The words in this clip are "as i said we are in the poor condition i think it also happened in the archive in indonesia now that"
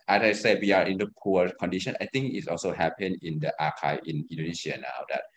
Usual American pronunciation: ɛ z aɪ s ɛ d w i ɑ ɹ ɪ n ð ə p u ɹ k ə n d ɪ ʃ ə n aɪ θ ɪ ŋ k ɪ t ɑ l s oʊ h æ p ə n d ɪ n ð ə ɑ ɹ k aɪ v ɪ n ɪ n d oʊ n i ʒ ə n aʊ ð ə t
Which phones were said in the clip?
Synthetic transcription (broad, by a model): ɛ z aɪ s ɛ d w i ɑ ɹ ɪ n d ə p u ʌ k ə n d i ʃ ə n aɪ t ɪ ŋ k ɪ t ɑ l s oʊ h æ p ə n ɪ n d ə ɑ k aɪ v ɪ n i n d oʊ n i s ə n aʊ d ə t